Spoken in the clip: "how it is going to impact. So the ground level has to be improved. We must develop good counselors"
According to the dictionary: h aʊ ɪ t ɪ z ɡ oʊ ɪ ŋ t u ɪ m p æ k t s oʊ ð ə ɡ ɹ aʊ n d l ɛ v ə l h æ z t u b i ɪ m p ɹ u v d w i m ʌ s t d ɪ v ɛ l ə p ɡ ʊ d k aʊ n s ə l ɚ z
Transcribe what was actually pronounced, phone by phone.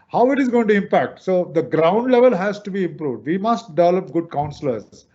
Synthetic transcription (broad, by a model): h aʊ ɪ t ɪ z ɡ oʊ ɪ ŋ t u ɪ m p æ k t s oʊ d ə ɡ ɹ aʊ n d l ɛ v ə l h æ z t u b i ɪ m p ɹ u v d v i m ʌ s t d ɪ v ɛ l ə p ɡ ʊ d k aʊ n s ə l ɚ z